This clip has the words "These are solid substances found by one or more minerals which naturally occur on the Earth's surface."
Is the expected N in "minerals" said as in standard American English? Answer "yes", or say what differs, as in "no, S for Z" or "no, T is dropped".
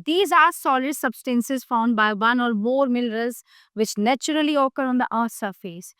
no, L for N